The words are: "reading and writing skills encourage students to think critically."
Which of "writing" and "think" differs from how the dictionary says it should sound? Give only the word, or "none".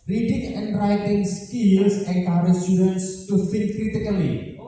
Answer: think